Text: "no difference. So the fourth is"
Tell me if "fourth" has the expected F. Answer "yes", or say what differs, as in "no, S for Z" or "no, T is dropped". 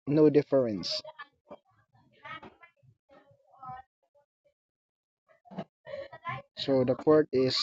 no, P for F